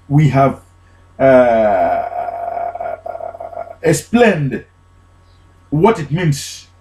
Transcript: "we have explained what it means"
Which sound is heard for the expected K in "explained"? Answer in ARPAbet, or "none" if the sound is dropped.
none